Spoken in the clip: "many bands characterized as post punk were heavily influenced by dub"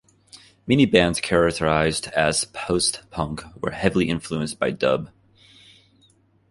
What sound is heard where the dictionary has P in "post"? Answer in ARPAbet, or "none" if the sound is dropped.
P